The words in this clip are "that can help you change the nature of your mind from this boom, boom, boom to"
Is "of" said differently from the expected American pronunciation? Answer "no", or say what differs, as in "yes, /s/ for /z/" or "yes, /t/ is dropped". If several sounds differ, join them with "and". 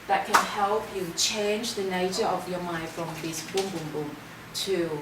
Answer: no